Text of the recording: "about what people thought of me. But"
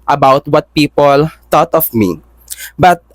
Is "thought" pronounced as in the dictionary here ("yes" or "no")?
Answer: no